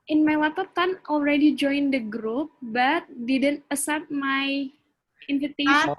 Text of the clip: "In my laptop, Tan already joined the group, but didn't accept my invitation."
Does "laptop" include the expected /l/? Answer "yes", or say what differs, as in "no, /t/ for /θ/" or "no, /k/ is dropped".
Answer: no, /w/ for /l/